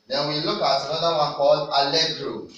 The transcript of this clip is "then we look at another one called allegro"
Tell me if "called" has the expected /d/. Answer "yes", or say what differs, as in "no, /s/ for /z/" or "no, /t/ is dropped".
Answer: no, /d/ is dropped